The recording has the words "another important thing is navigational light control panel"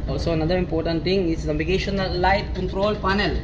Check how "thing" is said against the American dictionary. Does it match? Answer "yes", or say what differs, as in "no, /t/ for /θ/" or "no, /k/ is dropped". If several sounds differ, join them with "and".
no, /t/ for /θ/